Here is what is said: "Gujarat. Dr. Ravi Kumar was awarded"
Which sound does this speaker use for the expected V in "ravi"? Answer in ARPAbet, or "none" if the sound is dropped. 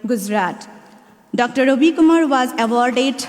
B